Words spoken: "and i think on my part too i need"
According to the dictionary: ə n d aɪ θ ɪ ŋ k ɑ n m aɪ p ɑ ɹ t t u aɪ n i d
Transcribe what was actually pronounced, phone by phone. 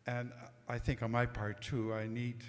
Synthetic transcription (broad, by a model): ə n aɪ θ ɪ ŋ k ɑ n m aɪ p ɑ ɹ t t u aɪ n i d